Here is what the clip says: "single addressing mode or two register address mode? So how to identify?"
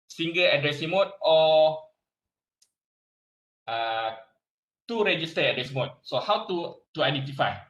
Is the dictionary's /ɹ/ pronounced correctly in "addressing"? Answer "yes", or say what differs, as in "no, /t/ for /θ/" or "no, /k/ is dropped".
yes